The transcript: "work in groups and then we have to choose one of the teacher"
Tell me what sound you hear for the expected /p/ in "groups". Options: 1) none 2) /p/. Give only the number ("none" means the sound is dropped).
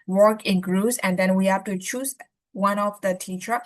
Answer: 1